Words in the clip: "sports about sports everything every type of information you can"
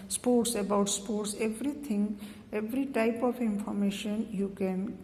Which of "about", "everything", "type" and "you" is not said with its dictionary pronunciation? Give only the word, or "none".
everything